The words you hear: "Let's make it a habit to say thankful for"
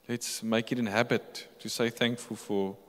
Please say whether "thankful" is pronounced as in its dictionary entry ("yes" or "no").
yes